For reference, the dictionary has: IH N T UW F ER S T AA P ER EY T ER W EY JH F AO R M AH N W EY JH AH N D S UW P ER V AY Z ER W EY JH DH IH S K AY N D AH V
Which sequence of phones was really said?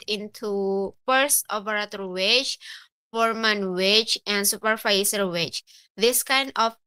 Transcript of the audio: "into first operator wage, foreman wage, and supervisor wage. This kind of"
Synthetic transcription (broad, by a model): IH N T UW P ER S AA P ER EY T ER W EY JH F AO R M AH N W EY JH AH N D S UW P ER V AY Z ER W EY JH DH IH S K AY N D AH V